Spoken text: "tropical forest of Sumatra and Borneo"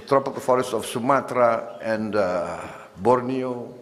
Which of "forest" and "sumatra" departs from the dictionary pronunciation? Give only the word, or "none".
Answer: none